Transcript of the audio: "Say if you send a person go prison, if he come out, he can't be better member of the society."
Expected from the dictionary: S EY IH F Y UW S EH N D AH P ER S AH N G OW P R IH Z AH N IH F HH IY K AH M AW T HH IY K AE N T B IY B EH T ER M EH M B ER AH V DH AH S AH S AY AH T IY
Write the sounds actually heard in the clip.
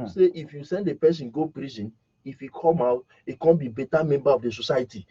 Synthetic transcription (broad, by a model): S EY IH F Y UW S EH N D AH P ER S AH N G OW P R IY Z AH N IH F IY K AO M AW T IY K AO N B IY B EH T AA M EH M B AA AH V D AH S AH S AY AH T IY